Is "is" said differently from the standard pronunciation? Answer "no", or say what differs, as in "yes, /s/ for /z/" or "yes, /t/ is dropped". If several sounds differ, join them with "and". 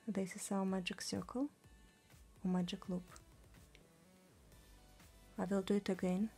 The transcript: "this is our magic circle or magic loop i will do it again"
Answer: yes, /s/ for /z/